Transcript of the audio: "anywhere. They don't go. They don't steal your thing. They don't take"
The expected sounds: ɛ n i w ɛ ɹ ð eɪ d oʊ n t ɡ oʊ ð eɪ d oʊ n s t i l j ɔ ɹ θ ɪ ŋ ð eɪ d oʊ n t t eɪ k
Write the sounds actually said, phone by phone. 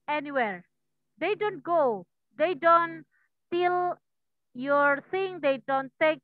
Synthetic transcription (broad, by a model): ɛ n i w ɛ ɹ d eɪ d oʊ n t ɡ oʊ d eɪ d oʊ n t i l j ɔ ɹ s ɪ ŋ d eɪ d oʊ n t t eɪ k